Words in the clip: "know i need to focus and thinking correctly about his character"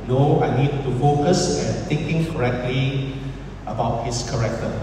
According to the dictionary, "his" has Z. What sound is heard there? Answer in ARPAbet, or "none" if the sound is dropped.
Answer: S